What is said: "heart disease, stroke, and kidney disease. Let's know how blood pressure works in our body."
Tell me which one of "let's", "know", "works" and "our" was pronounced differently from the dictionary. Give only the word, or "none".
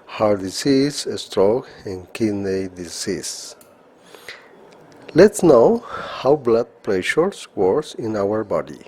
works